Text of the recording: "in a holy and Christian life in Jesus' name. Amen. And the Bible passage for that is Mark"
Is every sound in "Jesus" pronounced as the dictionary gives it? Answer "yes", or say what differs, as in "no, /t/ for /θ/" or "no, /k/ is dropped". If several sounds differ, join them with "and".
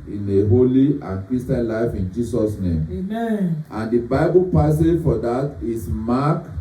no, /s/ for /z/